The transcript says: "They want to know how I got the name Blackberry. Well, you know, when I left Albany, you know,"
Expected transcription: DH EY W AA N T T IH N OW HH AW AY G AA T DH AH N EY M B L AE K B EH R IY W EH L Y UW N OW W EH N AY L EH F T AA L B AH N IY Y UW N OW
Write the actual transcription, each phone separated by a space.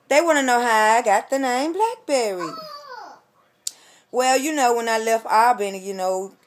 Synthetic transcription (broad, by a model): DH EY W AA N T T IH N OW HH AW AY G AA T DH AH N EY M B L AE K B EH R IY W EH L Y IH N OW W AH N AY L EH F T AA B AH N Y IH N OW